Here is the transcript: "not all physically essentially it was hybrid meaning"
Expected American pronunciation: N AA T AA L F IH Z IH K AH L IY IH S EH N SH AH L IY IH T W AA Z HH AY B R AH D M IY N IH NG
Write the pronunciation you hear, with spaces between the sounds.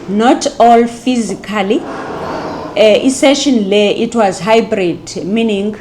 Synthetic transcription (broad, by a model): N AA T AA L F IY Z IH K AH L IY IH S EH SH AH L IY IH T W AA Z HH AY B R AH D M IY N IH NG